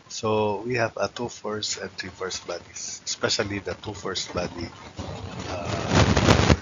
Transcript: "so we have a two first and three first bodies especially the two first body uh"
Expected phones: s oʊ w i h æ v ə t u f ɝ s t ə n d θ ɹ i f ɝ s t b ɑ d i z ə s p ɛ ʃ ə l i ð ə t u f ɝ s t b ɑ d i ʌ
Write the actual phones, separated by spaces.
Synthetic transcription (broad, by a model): s oʊ w i h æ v ə t u f ɝ s t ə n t ɹ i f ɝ s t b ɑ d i s ə s p ɛ ʃ ə l i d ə t u f ɝ s t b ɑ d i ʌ